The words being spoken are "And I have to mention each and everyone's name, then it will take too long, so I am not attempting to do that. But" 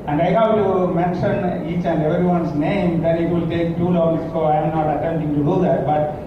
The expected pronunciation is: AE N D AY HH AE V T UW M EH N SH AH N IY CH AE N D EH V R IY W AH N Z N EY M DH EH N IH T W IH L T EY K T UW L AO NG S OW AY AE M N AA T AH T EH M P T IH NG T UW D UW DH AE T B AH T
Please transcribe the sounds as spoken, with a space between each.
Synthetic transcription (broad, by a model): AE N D AY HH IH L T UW M EH N SH AH N IY CH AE N D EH V R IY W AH N S N EY M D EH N IH T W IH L T EY K T UW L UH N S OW AY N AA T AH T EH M T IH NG T UW D UW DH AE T B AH T